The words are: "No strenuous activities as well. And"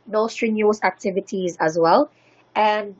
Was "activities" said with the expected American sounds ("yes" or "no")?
yes